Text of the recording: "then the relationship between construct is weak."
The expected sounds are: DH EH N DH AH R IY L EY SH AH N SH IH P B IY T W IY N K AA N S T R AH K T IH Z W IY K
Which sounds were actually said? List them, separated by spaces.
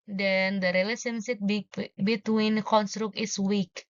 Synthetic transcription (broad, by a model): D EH N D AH R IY L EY S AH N S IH B B IY T W IY N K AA N S T R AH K IH S W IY K